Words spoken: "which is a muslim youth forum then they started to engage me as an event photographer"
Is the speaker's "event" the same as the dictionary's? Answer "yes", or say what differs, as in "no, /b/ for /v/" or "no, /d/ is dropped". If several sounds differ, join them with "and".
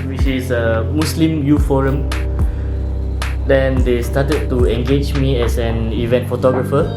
yes